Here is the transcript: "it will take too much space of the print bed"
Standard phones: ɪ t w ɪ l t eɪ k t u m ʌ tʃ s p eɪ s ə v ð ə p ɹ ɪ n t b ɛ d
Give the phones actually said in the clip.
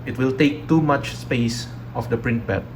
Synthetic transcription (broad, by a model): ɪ t w ɪ l t eɪ k t u m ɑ tʃ s p eɪ s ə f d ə p ɹ ɪ n t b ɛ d